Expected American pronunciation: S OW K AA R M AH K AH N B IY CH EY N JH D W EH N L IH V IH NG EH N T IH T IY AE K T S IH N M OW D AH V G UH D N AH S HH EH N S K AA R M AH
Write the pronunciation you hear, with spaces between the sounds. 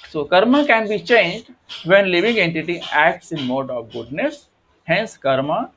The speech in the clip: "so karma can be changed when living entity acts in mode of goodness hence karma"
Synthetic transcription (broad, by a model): S OW K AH R M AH K AH N B IY CH EY N JH D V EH N L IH V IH NG EH N T IH T IY AE K T S IH N M OW D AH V G UH D N AH S HH EH N S K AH R M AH